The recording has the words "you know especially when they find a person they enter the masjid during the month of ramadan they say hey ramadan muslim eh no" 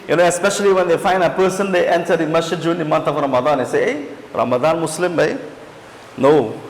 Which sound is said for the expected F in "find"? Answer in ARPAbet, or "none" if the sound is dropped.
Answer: F